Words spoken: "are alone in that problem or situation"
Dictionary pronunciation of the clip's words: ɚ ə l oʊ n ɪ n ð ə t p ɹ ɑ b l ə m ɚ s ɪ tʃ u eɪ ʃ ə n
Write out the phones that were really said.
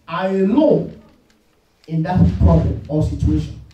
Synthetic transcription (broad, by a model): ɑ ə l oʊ ɪ n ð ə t p ɹ ɑ b l ə m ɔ s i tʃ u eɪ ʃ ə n